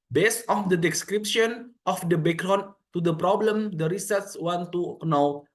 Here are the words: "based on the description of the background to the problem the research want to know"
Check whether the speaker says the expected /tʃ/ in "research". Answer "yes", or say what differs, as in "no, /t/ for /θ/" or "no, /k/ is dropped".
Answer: no, /s/ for /tʃ/